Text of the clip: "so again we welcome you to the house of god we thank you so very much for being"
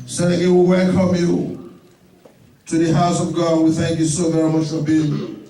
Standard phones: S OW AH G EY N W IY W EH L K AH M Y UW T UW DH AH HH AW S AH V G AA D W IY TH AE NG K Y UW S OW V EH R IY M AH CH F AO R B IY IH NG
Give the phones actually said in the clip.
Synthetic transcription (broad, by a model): S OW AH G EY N W IY W EH L K AH M Y UW T UW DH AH HH AW S AH V G AA D W IY TH AE NG K Y UW S OW V EH R IY M AH CH F AO R B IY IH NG